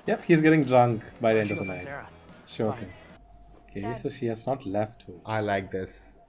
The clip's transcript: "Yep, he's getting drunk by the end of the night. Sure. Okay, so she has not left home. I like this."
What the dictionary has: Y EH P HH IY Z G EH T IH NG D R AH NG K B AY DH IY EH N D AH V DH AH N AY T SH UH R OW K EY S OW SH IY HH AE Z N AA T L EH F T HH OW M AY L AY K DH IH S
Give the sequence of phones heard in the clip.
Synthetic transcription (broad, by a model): Y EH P HH IY Z G EH T IH NG D R AH NG K B AY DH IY EH N D AH V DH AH N AY T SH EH OW K EY S OW SH IY HH AE Z N AA T L EH F T HH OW AY L AY K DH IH S